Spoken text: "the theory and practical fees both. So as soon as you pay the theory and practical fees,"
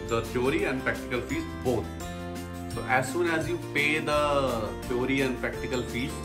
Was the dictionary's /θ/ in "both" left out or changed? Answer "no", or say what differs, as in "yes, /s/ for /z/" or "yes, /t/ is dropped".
yes, /t/ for /θ/